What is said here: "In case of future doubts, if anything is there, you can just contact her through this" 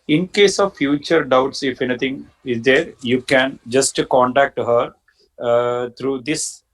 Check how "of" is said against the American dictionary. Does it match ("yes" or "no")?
yes